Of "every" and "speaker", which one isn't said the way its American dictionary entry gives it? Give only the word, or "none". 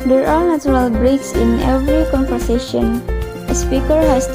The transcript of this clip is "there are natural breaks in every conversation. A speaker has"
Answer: none